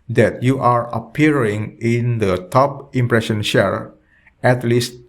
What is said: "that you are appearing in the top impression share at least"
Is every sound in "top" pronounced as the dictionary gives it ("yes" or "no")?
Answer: yes